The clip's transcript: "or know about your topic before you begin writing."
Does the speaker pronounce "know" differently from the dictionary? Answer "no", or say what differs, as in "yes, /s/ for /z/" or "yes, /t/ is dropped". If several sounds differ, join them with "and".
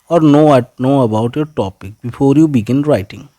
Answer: no